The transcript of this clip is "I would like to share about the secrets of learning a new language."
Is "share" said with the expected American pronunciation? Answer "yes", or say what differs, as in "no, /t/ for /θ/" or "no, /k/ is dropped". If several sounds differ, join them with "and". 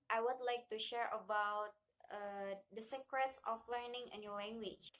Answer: yes